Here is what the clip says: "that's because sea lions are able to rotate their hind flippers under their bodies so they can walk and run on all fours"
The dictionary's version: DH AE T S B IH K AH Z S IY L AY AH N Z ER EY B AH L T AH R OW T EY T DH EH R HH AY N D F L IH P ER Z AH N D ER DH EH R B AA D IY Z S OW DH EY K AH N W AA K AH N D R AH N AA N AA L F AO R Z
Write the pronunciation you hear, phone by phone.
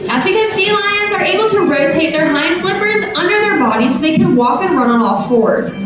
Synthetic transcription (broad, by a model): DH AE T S B IH K AH Z S IY L AY AH N Z ER EY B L T AH R OW T EY T DH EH R HH AY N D F L IH P ER Z AH N D ER DH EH R B AA D IY S OW DH EY K AH N W AA K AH N R AH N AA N AA L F AO R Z